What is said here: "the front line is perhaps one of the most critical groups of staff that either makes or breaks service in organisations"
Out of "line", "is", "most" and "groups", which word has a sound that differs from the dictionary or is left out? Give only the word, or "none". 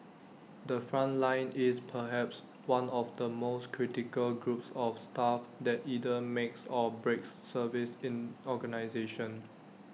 is